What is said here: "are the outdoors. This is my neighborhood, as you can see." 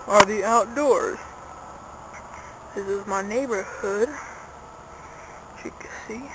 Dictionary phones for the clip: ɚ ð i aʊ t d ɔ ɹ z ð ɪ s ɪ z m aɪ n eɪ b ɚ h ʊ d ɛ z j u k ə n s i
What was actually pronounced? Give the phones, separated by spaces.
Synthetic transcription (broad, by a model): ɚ ð i aʊ t d ɔ ɹ z ð ɪ s ɪ z m aɪ n eɪ b ɚ h ʊ d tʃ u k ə s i